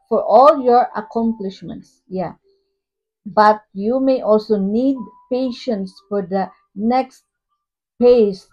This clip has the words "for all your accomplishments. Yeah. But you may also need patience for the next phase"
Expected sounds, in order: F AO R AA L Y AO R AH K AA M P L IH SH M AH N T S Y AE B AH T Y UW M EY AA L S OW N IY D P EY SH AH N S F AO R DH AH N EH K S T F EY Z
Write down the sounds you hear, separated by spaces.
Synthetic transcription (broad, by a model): F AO R AA L Y AO R AH K AA M P L IH SH M AH N T S Y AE B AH T Y UW M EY AA L S OW N IY D P EY SH AH N S F AO R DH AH N EH K S T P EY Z